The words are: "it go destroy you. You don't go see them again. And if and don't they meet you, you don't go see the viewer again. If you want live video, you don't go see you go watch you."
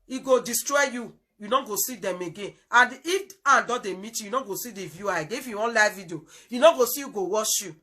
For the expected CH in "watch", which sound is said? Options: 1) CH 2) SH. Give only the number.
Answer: 2